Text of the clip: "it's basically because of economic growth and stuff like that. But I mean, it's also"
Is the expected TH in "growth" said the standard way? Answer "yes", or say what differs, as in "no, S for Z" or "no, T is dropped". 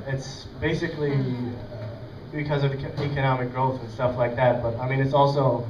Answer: yes